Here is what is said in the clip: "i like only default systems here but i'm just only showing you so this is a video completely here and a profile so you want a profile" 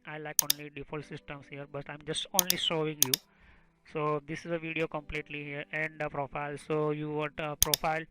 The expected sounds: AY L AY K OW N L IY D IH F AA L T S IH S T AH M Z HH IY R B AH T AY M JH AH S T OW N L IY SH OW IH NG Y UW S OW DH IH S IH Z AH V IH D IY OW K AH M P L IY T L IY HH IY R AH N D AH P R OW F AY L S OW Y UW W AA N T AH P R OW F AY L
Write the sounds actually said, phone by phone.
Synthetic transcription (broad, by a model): AY L AY K OW N L IY D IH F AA L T S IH S T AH M S HH IY R B AH T AY M JH AH S T OW N L IY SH OW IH NG Y UW S OW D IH S IH Z AH V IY D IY OW K AH M P L IY T L IY HH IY R AH N D AH P R OW F AY L S OW Y UW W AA T AH P R OW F AY L